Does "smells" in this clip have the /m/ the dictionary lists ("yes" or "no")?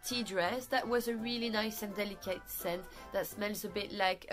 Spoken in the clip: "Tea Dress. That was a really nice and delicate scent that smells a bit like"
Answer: yes